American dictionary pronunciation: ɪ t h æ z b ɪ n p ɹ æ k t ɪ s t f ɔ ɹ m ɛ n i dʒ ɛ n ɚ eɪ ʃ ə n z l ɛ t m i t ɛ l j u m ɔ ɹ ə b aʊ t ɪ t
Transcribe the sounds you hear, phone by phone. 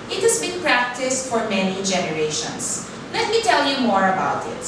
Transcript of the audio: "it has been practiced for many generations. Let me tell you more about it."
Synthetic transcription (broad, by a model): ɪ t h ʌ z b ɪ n p ɹ æ k t ɪ s t f ɔ ɹ m ɛ n i dʒ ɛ n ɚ eɪ ʃ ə n s l ɛ t m i t ɛ l j u m ɔ ɹ ə b aʊ t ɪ t